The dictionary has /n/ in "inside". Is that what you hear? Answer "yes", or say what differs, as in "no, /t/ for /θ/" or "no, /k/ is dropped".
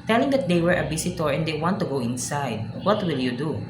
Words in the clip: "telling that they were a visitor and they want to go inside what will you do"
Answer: yes